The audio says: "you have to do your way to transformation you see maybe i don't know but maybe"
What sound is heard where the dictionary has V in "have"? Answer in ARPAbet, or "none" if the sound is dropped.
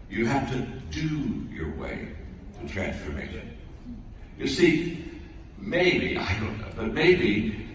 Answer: F